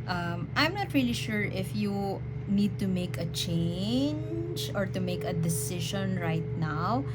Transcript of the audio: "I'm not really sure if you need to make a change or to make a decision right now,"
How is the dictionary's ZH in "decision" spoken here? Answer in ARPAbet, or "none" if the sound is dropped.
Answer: SH